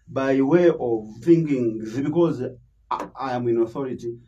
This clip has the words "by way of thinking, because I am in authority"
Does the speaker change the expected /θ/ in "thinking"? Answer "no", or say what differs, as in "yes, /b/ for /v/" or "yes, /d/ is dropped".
yes, /f/ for /θ/